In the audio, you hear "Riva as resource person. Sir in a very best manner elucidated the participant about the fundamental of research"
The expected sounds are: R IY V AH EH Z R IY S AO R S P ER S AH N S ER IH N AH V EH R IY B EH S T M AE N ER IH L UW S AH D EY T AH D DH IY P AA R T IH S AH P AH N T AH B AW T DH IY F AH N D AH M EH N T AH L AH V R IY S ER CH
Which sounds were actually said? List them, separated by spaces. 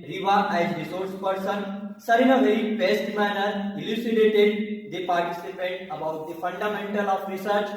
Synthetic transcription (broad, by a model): R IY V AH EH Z R IY S AO R S P ER S AH N S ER IH N AH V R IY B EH S T M AE N ER IH L UW S AH D EY T AH D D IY P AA R T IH S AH P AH T AH B AW T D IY F AH N D AH M EH N T AH L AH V R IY S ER CH